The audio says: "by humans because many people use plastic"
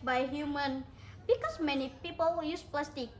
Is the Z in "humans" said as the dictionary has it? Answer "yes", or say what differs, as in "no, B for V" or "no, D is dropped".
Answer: no, Z is dropped